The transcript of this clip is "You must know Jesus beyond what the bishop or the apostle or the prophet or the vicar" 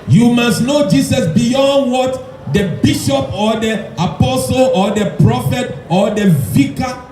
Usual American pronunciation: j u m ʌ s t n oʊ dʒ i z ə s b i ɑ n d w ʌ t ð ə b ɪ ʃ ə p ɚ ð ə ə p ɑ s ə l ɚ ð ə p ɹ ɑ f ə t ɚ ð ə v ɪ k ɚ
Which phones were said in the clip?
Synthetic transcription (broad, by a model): j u m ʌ s t n oʊ dʒ i s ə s b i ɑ n d w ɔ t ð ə b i ʃ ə p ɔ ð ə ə p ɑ s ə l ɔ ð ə p ɹ ɑ f ə t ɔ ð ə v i k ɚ